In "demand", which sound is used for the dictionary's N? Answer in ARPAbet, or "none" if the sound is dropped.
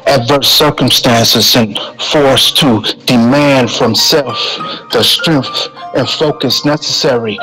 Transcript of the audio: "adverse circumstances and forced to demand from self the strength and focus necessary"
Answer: N